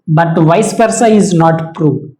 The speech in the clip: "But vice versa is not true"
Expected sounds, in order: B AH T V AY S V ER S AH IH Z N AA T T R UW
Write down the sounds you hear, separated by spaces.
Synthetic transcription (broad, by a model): B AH T V AY S P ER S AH IH Z N AA T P R UW